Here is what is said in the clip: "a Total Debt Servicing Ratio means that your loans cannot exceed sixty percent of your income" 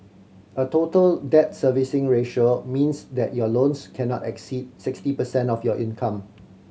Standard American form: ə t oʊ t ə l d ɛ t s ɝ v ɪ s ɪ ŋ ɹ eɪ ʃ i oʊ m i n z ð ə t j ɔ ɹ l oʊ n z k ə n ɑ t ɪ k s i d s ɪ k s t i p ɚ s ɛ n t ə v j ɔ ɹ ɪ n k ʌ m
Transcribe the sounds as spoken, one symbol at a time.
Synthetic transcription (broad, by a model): ə t oʊ t ə l d ɛ t s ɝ v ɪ s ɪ ŋ ɹ eɪ ʃ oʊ m i n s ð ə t j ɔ l oʊ n s k ə n ɑ t ɪ k s i d s ɪ k s t i p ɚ s ɛ n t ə f j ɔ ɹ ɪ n k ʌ m